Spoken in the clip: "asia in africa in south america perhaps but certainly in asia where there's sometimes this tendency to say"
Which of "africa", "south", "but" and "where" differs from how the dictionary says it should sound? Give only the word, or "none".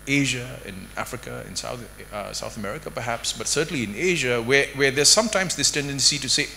where